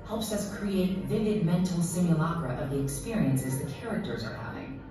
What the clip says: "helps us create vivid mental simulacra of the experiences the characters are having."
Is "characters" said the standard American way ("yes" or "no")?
yes